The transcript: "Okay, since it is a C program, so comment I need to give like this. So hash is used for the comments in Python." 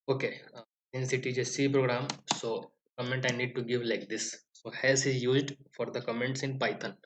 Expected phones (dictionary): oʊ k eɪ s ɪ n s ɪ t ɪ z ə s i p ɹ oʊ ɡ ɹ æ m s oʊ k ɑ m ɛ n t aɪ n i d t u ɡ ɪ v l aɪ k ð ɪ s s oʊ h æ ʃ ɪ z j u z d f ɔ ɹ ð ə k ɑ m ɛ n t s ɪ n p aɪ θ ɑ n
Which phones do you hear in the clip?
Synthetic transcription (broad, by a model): oʊ k eɪ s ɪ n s ɪ t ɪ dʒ ə s i p ɹ oʊ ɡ ɹ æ m s oʊ k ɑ m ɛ n t aɪ n i d t u ɡ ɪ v l aɪ k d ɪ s s oʊ h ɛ s ɪ z j u z d f ɔ ɹ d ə k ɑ m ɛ n t s ɪ n p aɪ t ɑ n